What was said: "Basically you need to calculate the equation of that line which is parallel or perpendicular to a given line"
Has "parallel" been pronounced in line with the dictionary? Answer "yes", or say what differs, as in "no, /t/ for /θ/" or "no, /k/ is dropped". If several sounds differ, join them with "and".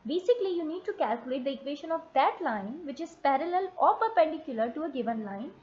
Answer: yes